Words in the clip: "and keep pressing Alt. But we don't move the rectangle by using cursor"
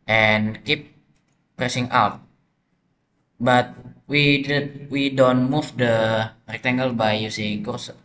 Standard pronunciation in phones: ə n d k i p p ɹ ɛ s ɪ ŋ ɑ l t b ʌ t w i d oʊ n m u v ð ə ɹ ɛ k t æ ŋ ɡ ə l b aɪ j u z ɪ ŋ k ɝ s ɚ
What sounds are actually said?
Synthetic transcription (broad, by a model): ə n k i p p ɹ ɛ s ɪ ŋ ɑ w t b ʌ t w i d oʊ n m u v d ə ɹ ɛ k t æ ŋ ɡ ə l b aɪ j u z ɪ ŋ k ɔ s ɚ